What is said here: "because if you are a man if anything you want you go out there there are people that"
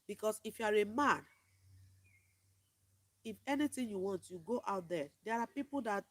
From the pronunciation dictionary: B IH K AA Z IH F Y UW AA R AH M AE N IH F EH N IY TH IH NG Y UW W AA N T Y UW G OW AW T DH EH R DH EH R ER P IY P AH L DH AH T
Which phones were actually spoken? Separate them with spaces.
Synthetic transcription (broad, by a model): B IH K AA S IH F Y UW AA R AH M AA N IH F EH N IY T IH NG Y UW W AA N T Y UW G OW AW T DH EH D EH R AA P IY P AH L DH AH T